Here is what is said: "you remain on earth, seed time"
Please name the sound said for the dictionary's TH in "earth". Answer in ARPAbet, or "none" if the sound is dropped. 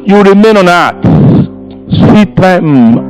S